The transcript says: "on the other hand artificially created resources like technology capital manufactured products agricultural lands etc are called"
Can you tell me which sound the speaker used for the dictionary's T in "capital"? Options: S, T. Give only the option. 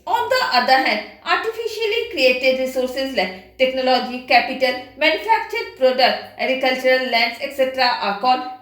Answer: T